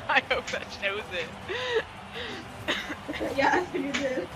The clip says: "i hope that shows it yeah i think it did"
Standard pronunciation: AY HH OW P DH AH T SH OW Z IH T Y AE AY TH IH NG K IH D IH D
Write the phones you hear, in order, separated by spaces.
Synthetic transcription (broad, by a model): AY HH OW P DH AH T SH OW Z IH T Y AE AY F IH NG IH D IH